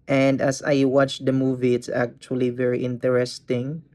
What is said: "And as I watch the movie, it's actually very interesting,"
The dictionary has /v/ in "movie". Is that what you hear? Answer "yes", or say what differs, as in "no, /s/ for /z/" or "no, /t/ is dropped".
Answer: yes